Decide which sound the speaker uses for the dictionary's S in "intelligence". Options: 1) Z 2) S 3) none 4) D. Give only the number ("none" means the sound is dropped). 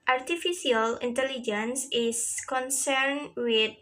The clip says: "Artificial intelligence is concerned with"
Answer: 2